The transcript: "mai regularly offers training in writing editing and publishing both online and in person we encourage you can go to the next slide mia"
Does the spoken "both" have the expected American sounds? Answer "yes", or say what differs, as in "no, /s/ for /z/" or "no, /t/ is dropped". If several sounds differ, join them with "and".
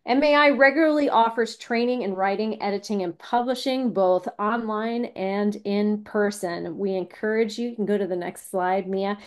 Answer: yes